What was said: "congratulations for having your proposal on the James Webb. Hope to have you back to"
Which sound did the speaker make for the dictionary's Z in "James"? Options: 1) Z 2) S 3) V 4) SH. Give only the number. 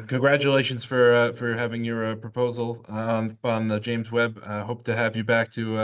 1